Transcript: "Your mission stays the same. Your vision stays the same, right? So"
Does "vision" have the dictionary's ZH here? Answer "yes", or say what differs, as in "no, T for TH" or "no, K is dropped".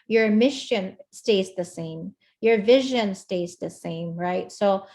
yes